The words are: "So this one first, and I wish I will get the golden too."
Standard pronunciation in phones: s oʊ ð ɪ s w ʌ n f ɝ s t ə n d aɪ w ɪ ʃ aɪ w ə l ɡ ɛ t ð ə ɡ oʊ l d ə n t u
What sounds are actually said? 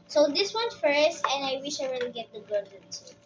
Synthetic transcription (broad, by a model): s oʊ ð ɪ s w ʌ n f ɝ s t ə n d aɪ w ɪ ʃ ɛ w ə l ɡ ɛ t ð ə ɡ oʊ d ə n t